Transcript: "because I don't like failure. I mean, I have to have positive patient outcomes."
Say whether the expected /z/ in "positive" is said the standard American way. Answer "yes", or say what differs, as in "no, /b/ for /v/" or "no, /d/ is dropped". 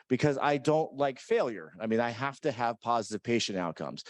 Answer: yes